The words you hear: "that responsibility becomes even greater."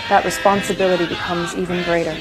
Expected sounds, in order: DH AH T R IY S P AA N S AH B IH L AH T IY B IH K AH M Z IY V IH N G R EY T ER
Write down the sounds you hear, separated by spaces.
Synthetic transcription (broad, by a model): DH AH T R IY S P AA N S AH B IH L AH T IY B IH K AH M Z IY V IH N G R EY T ER